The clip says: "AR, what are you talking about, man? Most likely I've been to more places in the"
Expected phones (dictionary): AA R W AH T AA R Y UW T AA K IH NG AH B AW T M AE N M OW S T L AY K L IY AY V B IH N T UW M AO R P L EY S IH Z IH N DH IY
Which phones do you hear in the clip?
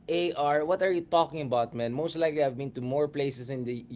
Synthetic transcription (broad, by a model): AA R W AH T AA R Y UW T AA K IH NG AH B AW T M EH N M OW S T L AY K L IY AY V B IH N T UW M AO R P L EY S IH S IH N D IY